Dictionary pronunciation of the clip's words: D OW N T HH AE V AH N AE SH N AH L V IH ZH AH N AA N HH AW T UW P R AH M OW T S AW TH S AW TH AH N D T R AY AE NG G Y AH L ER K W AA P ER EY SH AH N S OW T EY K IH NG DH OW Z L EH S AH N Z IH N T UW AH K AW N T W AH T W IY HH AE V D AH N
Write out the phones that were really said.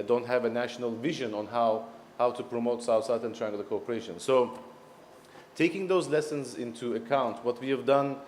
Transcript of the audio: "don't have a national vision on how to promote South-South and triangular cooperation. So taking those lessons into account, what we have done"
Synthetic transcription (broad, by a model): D OW N T HH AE V AH N AE SH N AH L V IH ZH AH N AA N HH AW T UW P R AH M OW T S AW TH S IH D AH N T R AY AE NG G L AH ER K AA P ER EY SH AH N S OW T EY K IH NG DH OW Z L EH S AH N Z IH N T UW AH K AW N T W AH T W IY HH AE V D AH N